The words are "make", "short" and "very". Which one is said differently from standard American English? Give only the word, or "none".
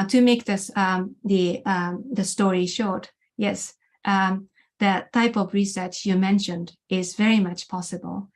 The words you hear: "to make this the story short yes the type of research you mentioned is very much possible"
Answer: none